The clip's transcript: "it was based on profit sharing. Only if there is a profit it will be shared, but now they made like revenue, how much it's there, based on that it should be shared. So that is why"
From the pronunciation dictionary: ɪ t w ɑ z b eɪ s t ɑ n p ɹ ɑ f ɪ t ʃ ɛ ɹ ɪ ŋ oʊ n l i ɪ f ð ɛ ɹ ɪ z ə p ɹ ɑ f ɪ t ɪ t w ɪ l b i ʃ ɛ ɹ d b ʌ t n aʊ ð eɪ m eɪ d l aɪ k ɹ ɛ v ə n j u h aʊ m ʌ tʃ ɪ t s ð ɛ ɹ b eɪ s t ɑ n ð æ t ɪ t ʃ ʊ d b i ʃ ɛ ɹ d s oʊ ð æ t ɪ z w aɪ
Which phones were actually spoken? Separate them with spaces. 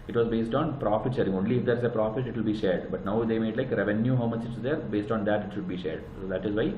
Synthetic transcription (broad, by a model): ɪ t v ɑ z b eɪ s t ɑ n p ɹ ɑ f ɪ t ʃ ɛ ɹ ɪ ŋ oʊ n l i ɪ f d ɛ ɹ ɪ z ə p ɹ ɑ f ɪ t ɪ t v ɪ l b i ʃ ɛ ɹ d b ʌ t n aʊ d eɪ m eɪ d l aɪ k ɹ ɛ v ə n j u h aʊ m ʌ tʃ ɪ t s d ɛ ɹ b eɪ s t ɑ n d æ t ɪ t ʃ ʊ d b i ʃ ɛ ɹ d s oʊ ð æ t ɪ z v aɪ